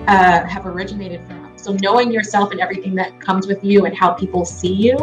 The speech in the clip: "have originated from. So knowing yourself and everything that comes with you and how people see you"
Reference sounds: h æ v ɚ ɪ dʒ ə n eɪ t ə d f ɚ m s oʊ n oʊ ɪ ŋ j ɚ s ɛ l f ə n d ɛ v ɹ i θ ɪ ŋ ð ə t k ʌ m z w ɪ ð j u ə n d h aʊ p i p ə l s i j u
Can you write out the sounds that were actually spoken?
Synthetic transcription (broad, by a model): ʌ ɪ v ɚ ɪ dʒ ə n eɪ t ə d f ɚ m s oʊ n oʊ ɪ ŋ j ɚ s ɛ l f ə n ɛ v ɹ i θ ɪ ŋ ð ə t k ʌ m z w ɪ ð j u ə n h aʊ p i p l s i j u